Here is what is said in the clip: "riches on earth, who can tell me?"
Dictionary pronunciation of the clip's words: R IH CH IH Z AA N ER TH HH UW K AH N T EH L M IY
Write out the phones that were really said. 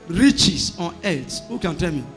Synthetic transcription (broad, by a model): R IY CH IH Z AA N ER T HH UW K AH N T EH L M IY